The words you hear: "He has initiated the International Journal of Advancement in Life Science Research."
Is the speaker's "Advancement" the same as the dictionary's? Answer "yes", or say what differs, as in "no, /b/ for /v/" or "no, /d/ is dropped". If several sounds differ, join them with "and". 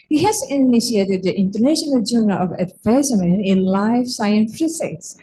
no, /t/ is dropped